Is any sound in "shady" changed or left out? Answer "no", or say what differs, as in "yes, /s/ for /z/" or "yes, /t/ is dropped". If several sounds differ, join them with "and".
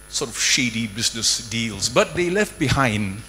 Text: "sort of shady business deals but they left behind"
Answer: no